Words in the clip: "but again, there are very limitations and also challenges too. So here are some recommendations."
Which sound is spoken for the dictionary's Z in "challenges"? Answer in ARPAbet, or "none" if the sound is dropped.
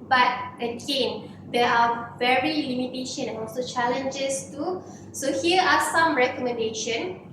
S